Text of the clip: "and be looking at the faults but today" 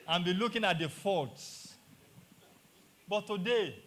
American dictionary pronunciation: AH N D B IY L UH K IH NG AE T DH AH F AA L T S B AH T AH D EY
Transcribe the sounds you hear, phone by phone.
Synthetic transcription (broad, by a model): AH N B IY L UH K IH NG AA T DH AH F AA T S B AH T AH D EY